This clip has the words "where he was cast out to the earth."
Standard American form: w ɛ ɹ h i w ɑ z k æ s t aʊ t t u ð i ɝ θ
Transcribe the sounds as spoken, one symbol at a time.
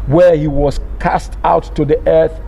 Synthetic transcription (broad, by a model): w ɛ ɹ h i w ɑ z k æ s t aʊ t t u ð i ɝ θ